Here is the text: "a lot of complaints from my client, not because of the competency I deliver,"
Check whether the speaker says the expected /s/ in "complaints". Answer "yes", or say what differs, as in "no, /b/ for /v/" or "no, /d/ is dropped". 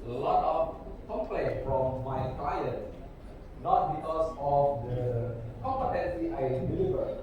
no, /s/ is dropped